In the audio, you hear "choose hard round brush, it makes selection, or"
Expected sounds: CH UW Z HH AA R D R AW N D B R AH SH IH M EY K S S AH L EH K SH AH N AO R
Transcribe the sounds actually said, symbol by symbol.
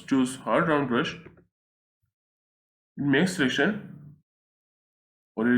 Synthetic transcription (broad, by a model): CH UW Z HH AA R D R AW N D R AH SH IH M EY K S S AH L EH K SH AH N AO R